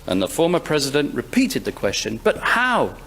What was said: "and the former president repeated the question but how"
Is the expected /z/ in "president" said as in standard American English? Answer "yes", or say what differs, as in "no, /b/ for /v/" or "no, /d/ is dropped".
yes